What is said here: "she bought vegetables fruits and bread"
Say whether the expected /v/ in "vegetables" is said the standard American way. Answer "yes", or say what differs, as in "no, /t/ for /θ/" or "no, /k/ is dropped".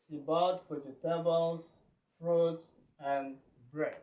no, /w/ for /v/